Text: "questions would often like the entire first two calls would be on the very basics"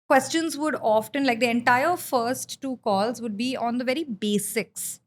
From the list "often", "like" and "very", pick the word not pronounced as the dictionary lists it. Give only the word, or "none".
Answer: none